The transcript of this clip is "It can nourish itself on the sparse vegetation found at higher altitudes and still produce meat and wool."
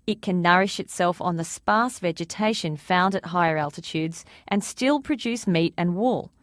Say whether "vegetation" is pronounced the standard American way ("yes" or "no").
yes